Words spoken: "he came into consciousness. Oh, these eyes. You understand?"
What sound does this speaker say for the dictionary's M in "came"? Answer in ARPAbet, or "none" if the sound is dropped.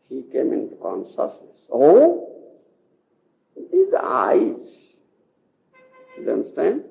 M